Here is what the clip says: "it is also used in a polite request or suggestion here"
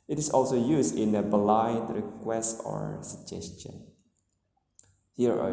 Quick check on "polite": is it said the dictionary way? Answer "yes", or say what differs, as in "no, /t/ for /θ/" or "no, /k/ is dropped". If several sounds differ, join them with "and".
no, /b/ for /p/